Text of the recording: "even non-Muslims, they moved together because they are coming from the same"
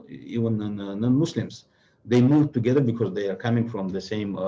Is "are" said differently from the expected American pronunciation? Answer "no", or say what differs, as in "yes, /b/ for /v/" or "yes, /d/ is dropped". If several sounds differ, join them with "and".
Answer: no